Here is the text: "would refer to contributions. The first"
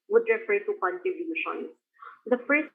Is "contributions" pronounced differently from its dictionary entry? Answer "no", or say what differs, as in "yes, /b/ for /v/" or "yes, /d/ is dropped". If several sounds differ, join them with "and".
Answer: yes, /ɹ/ is dropped